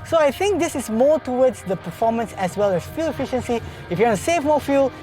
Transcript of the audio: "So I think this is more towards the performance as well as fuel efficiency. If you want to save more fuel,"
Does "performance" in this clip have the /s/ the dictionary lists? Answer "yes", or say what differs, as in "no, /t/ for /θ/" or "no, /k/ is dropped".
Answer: yes